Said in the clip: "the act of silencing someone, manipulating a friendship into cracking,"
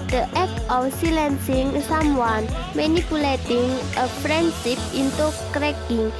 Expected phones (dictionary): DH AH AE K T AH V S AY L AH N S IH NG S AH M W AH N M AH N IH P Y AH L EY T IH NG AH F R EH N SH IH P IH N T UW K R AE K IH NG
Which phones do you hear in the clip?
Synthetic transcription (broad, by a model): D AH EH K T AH F S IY L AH N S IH NG S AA M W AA N M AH N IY P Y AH L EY T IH NG AH P R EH N S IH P IH N T UW K R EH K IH NG